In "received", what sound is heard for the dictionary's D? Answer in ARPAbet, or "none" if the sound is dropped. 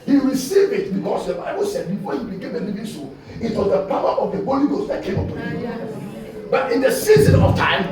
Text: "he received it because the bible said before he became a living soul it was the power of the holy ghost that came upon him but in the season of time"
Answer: none